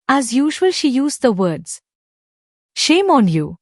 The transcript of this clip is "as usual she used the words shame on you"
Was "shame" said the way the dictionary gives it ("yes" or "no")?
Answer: yes